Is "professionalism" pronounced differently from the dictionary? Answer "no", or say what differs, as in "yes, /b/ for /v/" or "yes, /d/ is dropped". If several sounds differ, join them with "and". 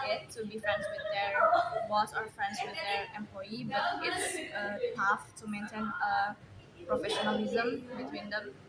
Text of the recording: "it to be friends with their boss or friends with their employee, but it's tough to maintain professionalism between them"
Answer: no